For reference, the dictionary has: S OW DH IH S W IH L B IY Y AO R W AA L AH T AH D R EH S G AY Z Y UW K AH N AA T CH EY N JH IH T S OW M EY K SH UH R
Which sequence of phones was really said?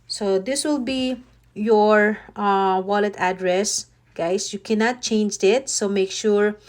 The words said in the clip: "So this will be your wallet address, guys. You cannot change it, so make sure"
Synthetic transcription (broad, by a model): S OW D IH S W IH L B IY Y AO R W AA L AH T AH D R EH S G AY S Y UW K AH N AA T CH EY N JH IH T S OW M EY K SH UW R